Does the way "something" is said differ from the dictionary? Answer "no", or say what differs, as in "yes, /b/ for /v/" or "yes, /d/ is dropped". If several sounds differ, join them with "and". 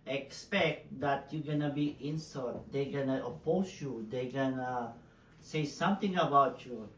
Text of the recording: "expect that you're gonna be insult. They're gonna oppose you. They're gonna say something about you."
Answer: yes, /t/ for /θ/